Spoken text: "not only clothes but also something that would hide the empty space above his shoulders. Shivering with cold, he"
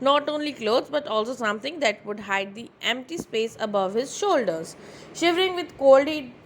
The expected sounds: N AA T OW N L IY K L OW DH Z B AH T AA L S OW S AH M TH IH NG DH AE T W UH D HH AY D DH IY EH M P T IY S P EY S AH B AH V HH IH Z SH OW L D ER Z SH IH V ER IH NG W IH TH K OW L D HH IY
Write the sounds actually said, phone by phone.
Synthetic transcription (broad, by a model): N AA T OW N L IY K L OW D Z B AH T AA L S OW S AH M T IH NG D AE T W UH D HH AY D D IY EH M P T IY S P EY S AH B AH V HH IH Z SH OW L D ER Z SH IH V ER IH NG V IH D K OW L D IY